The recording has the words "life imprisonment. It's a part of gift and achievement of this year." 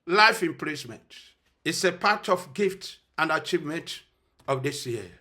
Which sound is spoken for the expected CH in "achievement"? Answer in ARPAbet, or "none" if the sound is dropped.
CH